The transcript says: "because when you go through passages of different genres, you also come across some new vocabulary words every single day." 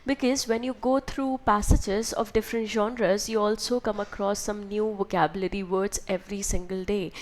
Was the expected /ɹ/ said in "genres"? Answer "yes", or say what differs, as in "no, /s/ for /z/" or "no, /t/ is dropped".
yes